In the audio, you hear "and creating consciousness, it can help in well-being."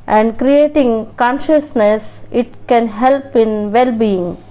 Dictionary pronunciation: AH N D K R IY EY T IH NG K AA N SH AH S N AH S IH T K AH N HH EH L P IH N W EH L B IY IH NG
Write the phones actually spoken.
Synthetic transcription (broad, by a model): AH N D K R IY EY T IH NG K AA N SH AH S N AH S IH T K AH N HH EH L P IH N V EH L B IY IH NG